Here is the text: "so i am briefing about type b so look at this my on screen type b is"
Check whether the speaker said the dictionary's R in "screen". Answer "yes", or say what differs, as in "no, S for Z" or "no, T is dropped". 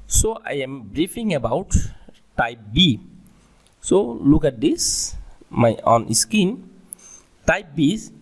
no, R is dropped